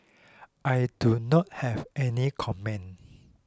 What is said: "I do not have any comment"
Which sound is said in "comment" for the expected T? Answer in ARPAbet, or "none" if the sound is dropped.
none